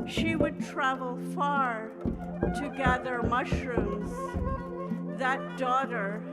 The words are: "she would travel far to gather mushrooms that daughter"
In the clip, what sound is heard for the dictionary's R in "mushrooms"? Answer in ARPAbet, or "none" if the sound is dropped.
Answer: R